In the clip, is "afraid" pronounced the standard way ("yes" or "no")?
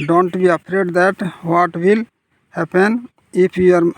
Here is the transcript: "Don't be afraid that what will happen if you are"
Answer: no